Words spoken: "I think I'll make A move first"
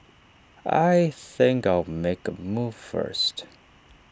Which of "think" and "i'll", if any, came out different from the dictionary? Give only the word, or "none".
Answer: none